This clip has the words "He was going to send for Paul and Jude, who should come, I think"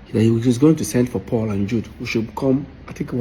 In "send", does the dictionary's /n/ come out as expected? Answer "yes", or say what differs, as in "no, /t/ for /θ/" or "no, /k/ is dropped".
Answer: yes